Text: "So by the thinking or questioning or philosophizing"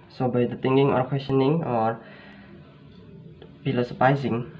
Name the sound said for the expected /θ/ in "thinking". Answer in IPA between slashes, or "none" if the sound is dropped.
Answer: /t/